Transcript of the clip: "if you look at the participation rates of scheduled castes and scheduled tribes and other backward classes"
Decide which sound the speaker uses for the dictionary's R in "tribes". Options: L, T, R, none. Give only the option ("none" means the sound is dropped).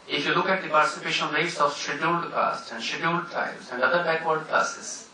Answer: none